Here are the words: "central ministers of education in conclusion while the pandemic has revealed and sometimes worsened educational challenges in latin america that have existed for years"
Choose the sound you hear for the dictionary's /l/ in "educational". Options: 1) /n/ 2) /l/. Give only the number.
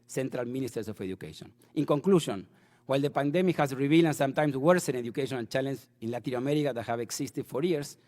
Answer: 1